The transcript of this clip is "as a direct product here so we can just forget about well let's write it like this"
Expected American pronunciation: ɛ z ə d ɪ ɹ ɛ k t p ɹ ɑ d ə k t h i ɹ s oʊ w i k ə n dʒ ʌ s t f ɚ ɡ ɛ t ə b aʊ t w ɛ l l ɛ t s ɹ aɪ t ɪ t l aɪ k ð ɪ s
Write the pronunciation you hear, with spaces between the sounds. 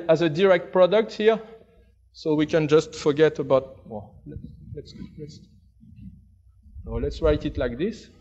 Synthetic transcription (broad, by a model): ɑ z ə d ɪ ɹ ɛ k t p ɹ ɑ d ə k t h i ɹ s oʊ w i k ə n dʒ ʌ s t f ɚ ɡ ɛ t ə b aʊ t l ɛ l l ɛ t s ɹ aɪ t ɪ t l aɪ k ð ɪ s